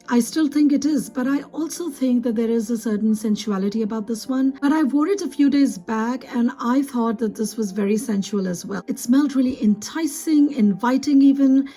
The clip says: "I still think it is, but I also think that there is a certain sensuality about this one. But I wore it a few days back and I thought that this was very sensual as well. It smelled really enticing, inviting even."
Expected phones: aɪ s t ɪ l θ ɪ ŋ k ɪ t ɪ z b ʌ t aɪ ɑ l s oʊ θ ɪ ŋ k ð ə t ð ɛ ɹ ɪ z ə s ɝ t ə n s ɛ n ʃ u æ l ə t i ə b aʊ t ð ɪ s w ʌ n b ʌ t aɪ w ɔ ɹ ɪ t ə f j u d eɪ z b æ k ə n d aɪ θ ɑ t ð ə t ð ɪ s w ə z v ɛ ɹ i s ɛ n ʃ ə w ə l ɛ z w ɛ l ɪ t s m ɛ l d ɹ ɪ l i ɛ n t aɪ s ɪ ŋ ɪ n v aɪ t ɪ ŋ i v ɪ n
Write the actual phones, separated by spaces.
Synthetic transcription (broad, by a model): aɪ s t ɪ l θ ɪ ŋ k ɪ t ɪ z b ʌ t aɪ ɑ l s oʊ θ ɪ ŋ k ð ə t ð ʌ ɹ ɪ z ə s ɝ t n s ɛ n ʃ u æ l ə t i ə b aʊ t ð ɪ s w ʌ n b ʌ t aɪ w ɔ ɹ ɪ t ə f j u d eɪ z b æ k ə n aɪ θ ɑ t ð ə t ð ɪ s w ə z v ɛ ɹ i s ɛ n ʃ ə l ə z w ɛ l ɪ t s m ɛ l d ɹ ɪ l i ɛ n t aɪ s ɪ ŋ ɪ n v aɪ t ɪ ŋ i v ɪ n